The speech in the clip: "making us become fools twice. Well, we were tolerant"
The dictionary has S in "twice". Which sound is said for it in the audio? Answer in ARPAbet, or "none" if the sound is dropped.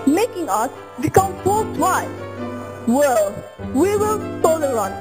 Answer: none